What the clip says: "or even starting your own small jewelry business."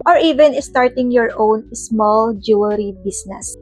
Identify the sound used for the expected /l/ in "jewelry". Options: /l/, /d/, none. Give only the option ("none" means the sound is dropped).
none